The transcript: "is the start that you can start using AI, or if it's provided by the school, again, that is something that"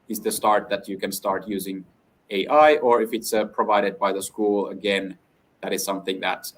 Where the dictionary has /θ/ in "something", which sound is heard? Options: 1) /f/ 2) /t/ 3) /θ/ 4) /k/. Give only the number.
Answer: 3